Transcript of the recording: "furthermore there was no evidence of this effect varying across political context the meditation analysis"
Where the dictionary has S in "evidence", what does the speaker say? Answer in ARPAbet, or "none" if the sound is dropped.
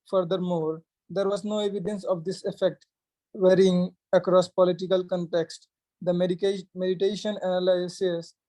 S